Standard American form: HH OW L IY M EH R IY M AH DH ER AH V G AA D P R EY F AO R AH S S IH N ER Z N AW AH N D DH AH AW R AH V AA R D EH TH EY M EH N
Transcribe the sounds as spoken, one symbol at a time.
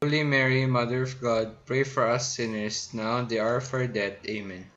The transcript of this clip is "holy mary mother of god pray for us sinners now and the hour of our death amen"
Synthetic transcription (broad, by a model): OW L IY M EH R IY M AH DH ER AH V G AA D P R EY F AO R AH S S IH N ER S N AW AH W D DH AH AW R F AA R D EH T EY M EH N